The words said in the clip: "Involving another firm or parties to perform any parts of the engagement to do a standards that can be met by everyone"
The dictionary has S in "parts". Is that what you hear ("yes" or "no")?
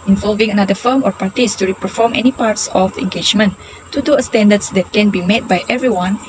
yes